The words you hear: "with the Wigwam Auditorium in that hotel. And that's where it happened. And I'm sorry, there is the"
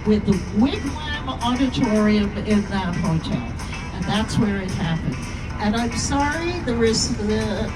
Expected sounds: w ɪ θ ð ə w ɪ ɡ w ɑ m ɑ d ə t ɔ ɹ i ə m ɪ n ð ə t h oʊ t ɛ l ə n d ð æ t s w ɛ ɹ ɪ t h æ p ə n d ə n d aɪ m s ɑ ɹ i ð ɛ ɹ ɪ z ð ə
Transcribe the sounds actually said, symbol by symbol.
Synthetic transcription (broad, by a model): w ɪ ð ə w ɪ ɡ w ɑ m ɑ d ə t ɔ ɹ i ə m ɪ n ð ə t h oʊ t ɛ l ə n ð æ t s w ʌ ɹ ɪ t h æ p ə n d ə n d aɪ m s ɑ ɹ i ð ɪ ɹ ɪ s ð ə